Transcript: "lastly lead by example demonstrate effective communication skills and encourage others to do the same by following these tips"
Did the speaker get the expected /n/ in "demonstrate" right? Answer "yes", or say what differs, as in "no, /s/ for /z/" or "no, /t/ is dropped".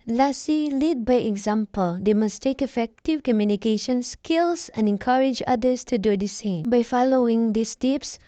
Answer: no, /n/ is dropped